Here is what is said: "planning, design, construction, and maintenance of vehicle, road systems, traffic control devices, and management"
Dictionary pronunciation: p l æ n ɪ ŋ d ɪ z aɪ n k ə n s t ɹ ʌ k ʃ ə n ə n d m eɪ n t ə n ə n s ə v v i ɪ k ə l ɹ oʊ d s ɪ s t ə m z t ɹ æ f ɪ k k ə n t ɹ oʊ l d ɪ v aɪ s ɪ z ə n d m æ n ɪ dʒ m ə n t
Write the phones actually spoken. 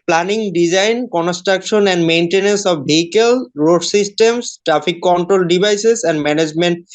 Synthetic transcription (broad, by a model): p l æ n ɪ ŋ d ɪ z aɪ n k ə n s t ɹ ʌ k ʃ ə n ə n d m eɪ n t ə n ə n s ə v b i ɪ k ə l ɹ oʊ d s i s t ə m s t ɹ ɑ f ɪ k k ə n t ɹ oʊ l d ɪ b aɪ s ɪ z ə n d m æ n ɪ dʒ m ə n t